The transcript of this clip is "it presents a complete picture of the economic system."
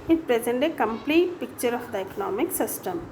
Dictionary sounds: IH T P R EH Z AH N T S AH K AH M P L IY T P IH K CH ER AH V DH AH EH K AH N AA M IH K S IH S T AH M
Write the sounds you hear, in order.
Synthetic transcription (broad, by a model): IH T P R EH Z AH N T AH K AH M P L IY T P IH K CH ER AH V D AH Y K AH N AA M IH K S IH S T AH M